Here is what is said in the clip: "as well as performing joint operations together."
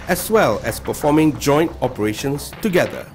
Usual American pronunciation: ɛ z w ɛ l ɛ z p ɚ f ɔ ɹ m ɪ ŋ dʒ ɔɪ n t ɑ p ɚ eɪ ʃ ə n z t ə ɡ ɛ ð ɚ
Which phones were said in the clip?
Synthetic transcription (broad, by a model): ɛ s w ɛ l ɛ s p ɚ f ɔ m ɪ ŋ dʒ ɔɪ n t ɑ p ɚ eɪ ʃ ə n s t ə ɡ ɛ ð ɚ